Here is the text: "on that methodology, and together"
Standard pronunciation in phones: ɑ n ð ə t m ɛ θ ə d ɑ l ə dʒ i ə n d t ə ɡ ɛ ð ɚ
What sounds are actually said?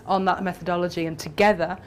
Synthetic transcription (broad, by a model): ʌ n ð ə t m ɛ θ ə d ɑ l ə dʒ i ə n t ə ɡ ɛ ð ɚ